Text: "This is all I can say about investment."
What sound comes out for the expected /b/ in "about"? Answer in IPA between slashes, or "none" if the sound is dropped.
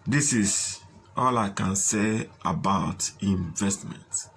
/b/